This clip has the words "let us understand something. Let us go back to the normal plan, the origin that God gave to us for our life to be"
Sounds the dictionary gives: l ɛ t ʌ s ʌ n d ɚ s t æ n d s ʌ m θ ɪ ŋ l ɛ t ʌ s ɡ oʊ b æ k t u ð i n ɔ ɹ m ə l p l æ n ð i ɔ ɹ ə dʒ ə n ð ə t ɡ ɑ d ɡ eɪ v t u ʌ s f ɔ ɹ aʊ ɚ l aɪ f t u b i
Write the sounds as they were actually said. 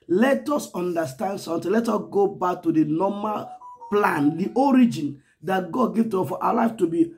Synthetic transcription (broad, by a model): l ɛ t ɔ s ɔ n d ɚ s t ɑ n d s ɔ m t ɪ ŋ l ɛ t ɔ s ɡ oʊ b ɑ k t u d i n ɔ m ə l p l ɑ n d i ɔ ɹ ə dʒ ə n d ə t ɡ ɑ d ɡ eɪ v t u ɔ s f ɔ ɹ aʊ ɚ l aɪ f t u b i